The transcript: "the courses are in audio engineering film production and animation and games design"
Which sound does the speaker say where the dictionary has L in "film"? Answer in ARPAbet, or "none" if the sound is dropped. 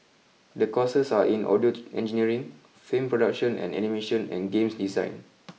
none